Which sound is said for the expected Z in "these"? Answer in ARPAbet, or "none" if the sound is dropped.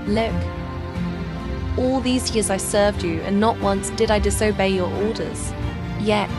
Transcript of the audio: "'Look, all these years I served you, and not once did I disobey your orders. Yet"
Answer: Z